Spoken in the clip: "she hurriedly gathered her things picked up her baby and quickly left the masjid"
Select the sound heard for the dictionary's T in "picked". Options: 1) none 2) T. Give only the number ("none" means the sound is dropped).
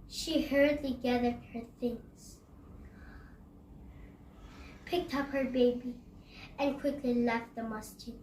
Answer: 2